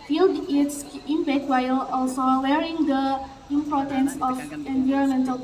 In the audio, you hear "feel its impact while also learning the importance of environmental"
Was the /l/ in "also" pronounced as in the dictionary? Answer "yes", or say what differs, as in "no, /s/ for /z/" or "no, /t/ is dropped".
yes